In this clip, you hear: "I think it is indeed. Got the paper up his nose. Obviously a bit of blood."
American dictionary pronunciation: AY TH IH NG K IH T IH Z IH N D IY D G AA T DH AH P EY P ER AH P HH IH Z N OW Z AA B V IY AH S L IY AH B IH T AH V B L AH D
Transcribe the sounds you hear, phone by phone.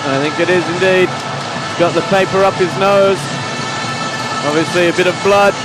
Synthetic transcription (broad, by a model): AY TH IH NG K IH T IH Z IH N D IY D G AA T DH AH P EY P ER AH P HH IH Z N OW Z AA B V IY AH S L IY AH B IH T AH V B L AH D